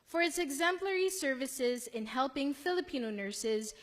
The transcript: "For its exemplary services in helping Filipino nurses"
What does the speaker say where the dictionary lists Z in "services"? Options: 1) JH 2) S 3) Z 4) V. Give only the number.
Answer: 3